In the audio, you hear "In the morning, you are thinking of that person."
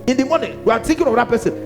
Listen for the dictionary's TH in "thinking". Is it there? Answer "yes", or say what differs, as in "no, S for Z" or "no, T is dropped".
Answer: no, T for TH